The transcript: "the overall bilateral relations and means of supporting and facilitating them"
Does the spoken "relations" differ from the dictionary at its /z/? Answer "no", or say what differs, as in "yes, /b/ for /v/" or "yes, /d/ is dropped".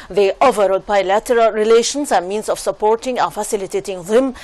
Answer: yes, /s/ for /z/